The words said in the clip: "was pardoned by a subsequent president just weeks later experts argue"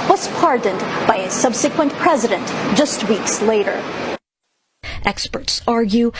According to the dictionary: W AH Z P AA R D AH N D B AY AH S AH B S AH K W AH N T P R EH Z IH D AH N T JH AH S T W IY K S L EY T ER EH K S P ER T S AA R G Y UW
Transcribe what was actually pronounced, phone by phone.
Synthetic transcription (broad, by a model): W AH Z P AA R D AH N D B AY AH S AH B S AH K W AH N P R EH Z IH D AH N T JH AH S T W IY K S L EY T ER EH K S P ER T S AA R G Y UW